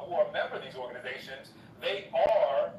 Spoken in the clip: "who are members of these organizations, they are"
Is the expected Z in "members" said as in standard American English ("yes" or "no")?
no